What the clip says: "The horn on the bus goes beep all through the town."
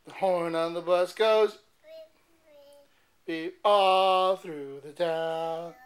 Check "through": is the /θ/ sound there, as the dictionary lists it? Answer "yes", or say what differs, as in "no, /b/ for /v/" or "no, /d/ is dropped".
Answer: yes